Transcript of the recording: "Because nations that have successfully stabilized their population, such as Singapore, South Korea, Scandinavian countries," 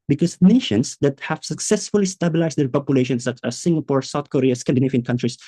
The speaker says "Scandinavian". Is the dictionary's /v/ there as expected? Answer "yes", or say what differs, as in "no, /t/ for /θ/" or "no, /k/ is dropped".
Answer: no, /f/ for /v/